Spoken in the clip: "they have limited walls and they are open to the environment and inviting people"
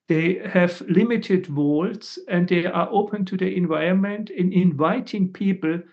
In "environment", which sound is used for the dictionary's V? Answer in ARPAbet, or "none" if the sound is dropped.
V